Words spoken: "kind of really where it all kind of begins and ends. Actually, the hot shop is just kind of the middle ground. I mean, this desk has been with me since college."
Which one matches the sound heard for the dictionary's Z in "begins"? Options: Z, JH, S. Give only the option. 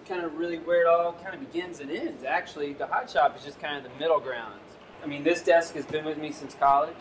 Z